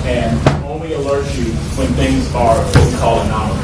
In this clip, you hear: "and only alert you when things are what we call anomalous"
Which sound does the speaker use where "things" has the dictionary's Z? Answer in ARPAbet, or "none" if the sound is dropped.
Z